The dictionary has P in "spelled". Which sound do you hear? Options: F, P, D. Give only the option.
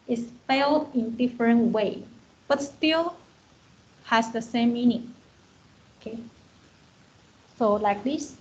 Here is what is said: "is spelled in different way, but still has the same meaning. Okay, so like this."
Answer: F